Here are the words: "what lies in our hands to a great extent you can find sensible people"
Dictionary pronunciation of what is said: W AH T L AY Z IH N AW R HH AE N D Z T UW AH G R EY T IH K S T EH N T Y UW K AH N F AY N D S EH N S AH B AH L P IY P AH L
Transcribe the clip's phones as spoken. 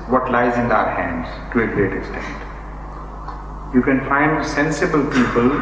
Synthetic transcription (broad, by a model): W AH T L AY Z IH N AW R HH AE N D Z T UW AH G R EY T IH K S T EH N T Y UW K AH N F AY N D S EH N S AH B AH L P IY P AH L